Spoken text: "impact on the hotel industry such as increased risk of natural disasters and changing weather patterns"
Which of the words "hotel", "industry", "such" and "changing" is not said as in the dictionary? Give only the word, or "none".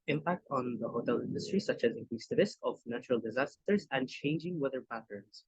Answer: none